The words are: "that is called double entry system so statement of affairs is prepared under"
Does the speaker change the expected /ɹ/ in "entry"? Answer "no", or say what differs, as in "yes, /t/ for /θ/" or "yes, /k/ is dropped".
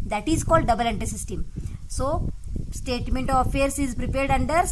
yes, /ɹ/ is dropped